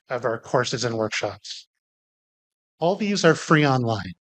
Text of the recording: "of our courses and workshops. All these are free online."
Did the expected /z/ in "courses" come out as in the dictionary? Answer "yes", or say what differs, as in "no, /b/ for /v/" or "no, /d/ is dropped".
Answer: yes